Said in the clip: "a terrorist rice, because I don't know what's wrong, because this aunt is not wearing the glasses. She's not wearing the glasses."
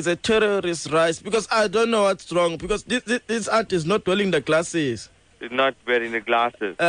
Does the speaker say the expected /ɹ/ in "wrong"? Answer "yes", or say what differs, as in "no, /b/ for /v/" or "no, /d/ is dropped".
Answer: yes